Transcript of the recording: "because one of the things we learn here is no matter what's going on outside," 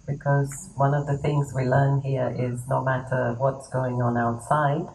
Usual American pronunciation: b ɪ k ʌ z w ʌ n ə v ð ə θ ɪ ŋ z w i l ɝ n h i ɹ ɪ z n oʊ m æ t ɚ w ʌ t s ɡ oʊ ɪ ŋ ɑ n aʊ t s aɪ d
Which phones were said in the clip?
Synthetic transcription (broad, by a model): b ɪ k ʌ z w ʌ n ə v ð ə θ ɪ ŋ z w i l ɝ n h i ɹ ɪ z n oʊ m æ t ɚ w ʌ t s ɡ oʊ ɪ ŋ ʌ n aʊ t s aɪ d